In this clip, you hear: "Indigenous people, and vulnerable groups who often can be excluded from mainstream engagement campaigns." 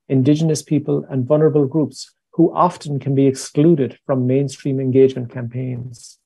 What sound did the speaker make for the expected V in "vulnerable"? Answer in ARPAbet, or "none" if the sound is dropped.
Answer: V